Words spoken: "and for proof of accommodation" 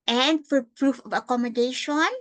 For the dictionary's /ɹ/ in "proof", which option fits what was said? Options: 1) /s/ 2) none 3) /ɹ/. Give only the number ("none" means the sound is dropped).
3